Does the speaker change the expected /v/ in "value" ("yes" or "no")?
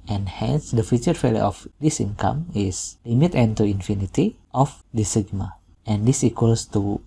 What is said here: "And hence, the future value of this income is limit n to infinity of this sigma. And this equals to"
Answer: yes